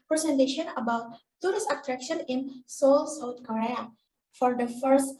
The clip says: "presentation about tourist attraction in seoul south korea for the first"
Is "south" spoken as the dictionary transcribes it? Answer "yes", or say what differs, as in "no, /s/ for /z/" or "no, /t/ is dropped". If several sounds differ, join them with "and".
no, /t/ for /θ/